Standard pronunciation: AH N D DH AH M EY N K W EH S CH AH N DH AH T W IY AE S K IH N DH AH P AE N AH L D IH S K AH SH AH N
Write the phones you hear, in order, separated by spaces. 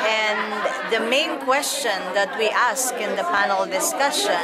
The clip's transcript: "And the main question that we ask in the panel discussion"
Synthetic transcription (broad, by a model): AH N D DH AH M EY N K W EH S CH AH N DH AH T W IY AE S K IH N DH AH P AE N AH L D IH S K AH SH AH N